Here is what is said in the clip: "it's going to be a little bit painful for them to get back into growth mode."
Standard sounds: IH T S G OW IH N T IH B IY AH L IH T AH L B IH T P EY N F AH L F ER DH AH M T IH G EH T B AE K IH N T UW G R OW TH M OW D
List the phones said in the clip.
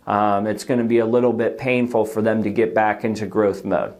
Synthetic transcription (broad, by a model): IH T S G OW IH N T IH B IY AH L IH T L B IH T P EY N F L F ER DH AH M T IH G EH T B AE K IH N T UW G R OW TH M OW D